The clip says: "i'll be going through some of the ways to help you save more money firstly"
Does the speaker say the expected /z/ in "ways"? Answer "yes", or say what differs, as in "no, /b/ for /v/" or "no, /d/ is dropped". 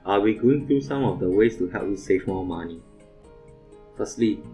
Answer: no, /s/ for /z/